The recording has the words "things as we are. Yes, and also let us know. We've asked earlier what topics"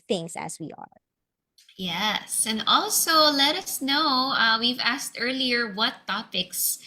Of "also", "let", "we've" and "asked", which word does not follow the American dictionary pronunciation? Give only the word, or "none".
none